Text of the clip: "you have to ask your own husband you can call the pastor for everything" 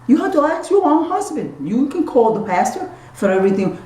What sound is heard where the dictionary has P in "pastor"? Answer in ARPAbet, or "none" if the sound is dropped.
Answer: P